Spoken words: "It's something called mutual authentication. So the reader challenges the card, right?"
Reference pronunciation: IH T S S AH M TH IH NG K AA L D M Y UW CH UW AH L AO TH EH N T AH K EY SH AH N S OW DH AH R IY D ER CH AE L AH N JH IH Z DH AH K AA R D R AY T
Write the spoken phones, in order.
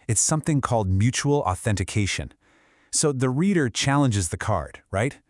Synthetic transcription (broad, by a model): IH T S S AH M TH IH NG K AA L D M Y UW CH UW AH L AO TH EH N T AH K EY SH AH N S OW DH AH R IY D ER CH AE L AH N JH IH Z DH AH K AA R D R AY T